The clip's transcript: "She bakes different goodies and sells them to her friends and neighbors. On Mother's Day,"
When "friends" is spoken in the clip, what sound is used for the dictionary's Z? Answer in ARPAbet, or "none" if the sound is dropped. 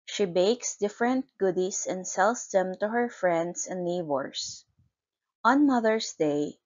S